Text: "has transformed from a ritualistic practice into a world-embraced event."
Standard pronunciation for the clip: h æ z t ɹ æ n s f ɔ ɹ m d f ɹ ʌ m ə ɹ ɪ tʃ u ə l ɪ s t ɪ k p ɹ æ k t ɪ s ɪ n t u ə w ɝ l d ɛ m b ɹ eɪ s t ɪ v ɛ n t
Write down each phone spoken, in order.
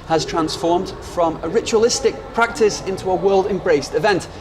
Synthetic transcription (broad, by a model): h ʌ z t ɹ æ n s f ɔ ɹ m d f ɹ ʌ m ə ɹ ɪ tʃ u ə l ɪ s t ɪ k p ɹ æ k t ɪ s ɪ n t u ə w ɝ l d ɛ m b ɹ eɪ s t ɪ v ɛ n t